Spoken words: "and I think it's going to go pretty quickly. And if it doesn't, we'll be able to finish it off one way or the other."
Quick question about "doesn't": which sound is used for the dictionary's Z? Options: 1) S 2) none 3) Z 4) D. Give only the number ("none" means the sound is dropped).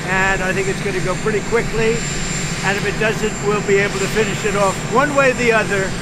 3